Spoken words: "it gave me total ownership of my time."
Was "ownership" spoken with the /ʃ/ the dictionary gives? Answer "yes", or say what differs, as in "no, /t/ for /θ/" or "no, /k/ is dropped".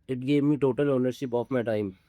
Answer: no, /s/ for /ʃ/